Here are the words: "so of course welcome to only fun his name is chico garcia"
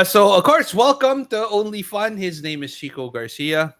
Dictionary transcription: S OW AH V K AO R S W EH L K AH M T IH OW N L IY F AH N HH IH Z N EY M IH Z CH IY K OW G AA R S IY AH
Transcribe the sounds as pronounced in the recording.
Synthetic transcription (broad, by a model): S OW AH V K AO R S W EH L K AH M T IH OW N L IY F AH N HH IH Z N EY M IH Z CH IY K OW G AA R S IY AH